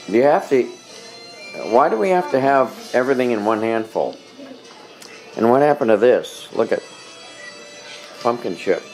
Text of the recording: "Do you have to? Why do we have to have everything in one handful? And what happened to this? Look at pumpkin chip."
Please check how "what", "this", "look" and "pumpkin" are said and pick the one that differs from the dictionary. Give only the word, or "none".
none